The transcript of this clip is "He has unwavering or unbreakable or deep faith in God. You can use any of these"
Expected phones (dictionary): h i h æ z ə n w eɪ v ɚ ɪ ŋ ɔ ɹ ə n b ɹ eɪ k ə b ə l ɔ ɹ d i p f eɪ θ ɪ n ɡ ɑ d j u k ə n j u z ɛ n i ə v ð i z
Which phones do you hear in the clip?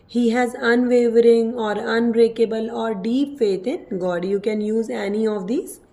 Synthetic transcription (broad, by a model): h i h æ z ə n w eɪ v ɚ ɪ ŋ ɔ ɹ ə n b ɹ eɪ k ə b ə l ɔ ɹ d i p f eɪ t ɪ n ɡ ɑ d j u k ə n j u z ɛ n i ə v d i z